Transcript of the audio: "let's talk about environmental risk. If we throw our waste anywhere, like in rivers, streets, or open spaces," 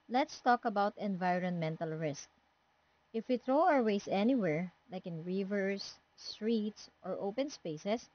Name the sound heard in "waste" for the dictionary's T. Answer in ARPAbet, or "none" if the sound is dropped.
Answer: none